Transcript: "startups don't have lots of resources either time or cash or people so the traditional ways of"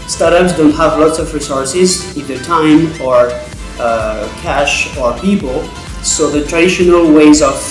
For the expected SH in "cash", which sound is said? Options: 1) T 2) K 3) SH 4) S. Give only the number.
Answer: 3